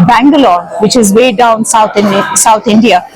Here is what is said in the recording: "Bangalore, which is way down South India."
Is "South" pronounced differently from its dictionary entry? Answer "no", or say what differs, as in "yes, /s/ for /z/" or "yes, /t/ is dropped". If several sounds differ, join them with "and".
yes, /s/ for /θ/